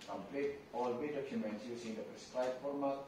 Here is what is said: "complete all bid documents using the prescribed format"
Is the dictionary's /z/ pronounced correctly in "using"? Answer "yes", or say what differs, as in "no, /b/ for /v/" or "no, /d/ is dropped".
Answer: no, /s/ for /z/